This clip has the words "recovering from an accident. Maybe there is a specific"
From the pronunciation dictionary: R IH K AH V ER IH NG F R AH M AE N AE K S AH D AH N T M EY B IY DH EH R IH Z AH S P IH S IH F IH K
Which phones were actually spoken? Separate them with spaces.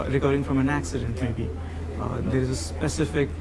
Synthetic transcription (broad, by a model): R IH K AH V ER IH NG F R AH M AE N AE K S AH D AH N T M EY B IY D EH R IH Z AH S P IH S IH F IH K